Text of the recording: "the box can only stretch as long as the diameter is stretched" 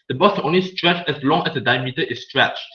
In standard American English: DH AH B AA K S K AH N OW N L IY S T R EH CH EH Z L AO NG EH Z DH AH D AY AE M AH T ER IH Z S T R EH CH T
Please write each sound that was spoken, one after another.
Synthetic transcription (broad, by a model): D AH B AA S K AH N OW N L IY S T R EH CH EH S L AO NG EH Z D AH D AY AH M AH T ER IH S S T R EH CH